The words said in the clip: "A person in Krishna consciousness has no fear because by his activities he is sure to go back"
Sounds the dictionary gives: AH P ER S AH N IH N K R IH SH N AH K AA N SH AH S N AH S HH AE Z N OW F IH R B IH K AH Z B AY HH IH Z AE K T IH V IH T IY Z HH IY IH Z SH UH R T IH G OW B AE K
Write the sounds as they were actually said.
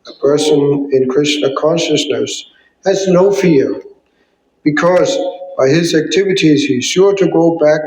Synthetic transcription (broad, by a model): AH P ER S AH N IH N K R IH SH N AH K AA N SH AH S N AH S HH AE Z N OW F IH R B IH K AH Z B AY IH Z AE K T IH V IH T IY Z HH IY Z SH UH R T IH G OW B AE K